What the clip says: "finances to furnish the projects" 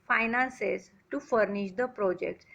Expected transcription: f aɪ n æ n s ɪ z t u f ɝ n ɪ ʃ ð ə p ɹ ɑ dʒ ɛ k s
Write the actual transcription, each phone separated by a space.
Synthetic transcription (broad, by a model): f aɪ n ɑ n s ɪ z t u f ɝ n ɪ ʃ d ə p ɹ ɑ dʒ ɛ k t